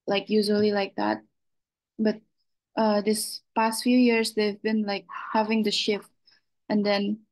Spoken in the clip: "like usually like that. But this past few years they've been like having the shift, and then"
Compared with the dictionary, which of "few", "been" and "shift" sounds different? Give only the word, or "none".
none